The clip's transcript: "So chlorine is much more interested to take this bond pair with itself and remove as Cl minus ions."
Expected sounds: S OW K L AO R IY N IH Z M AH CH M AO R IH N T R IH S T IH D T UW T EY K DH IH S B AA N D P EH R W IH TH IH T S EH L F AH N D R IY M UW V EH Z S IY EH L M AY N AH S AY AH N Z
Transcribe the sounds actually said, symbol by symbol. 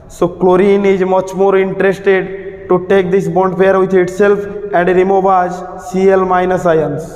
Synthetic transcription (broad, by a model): S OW K L AO R IY N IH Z M AH CH M AO R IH N T R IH S T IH D T UW T EY K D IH S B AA N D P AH R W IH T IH T S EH L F AH N D R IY M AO B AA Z S IY EH L M AY N AH S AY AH N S